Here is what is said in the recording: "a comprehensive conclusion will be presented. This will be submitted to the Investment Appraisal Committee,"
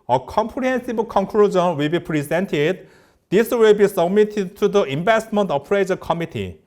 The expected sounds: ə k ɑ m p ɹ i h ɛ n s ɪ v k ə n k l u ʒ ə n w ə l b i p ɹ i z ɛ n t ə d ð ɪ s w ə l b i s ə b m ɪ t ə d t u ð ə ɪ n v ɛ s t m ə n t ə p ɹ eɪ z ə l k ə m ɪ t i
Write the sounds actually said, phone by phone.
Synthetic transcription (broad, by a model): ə k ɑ m p ɹ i h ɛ n s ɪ b k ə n k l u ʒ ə n w ə l b i p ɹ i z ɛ n t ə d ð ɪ s w ə l b i s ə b m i t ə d t u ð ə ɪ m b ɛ s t m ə n t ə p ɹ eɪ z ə k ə m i t i